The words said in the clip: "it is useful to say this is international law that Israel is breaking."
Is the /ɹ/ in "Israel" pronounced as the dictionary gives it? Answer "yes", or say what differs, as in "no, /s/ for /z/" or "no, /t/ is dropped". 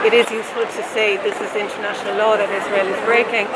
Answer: yes